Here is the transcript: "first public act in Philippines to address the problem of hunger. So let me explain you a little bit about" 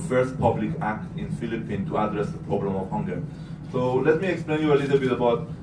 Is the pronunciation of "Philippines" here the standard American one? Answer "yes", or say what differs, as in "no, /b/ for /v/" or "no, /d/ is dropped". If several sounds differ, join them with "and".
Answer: no, /z/ is dropped